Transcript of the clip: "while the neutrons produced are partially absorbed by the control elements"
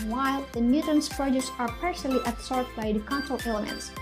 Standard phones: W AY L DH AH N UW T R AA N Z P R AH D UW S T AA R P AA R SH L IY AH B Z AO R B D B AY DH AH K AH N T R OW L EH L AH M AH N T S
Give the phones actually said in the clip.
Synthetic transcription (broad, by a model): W AY L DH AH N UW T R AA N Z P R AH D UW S AA R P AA R S L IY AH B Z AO R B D B AY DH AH K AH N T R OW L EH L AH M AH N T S